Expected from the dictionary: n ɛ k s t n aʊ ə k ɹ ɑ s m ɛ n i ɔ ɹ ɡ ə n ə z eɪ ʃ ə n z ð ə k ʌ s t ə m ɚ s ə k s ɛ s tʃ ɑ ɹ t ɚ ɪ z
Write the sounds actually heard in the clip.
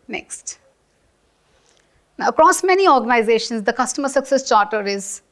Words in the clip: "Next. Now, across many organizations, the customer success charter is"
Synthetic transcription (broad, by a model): n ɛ k s t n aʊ ə k ɹ ɑ s m ɛ n i ɔ ɹ ɡ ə n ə z eɪ ʃ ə n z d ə k ʌ s t ə m ɚ s ə k s ɛ s tʃ ɑ ɹ t ɚ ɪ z